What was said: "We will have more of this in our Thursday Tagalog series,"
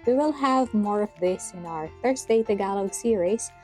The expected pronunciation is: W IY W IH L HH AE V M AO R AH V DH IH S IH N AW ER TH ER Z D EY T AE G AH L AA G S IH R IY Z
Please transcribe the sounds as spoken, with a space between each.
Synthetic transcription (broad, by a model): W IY W IH L HH AE V M AO R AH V DH IH S IH N AW ER F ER S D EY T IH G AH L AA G S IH R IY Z